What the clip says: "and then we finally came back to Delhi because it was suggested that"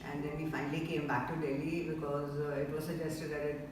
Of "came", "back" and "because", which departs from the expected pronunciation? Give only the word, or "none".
none